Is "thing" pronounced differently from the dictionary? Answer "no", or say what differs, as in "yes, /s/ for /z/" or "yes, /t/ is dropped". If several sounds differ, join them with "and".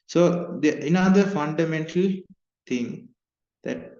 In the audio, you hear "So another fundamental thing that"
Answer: yes, /t/ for /θ/